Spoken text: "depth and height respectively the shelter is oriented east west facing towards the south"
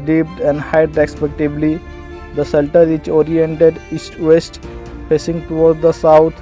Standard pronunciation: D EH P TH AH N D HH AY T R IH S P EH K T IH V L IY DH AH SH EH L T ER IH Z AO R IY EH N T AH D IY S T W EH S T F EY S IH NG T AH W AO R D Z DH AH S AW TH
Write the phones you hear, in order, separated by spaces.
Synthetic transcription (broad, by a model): D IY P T AH N D HH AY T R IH S P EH K T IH B L IY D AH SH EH L T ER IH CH AO R IY EH N T AH D IY S T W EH S T P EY S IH NG T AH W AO R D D AH S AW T